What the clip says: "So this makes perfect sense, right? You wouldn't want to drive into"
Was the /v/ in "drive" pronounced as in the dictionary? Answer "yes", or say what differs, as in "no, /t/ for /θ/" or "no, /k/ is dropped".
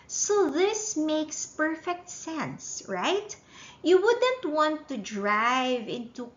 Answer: yes